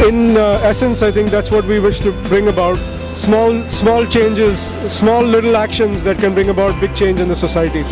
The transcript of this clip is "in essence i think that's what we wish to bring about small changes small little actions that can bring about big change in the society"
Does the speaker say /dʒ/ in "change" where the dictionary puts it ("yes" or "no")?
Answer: yes